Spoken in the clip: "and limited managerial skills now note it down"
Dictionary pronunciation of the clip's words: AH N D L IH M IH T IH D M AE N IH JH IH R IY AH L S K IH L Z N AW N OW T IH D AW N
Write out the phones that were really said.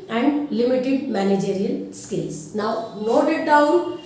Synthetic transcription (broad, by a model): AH N D L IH M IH T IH D M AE N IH JH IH R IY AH N S K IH L S N AW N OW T IH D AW N